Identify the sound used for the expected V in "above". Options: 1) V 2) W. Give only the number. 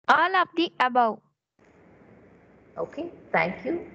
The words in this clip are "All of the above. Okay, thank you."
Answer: 2